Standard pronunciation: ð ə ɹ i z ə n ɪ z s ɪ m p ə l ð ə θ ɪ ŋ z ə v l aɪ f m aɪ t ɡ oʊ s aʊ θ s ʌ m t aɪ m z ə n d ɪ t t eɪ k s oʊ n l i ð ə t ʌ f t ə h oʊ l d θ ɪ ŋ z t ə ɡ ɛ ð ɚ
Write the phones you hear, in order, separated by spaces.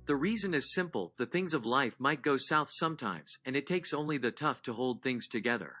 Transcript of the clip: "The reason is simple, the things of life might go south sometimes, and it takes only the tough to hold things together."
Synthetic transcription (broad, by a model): ð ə ɹ i z ə n ɪ z s ɪ m p l ð ə θ ɪ ŋ z ə v l aɪ f m aɪ t ɡ oʊ s aʊ θ s ʌ m t aɪ m z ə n ɪ t t eɪ k s oʊ n l i ð ə t ʌ f t ə h oʊ l d θ ɪ ŋ z t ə ɡ ɛ ð ɚ